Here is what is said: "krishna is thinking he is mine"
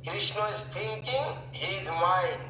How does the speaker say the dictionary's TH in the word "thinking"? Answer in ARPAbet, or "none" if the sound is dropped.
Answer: T